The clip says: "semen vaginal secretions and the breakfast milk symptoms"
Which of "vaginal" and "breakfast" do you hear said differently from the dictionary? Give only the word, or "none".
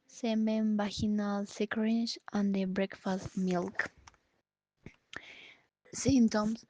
vaginal